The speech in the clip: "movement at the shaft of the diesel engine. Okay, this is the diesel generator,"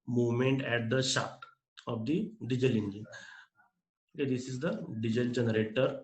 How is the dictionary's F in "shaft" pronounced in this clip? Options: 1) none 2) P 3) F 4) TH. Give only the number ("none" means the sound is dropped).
1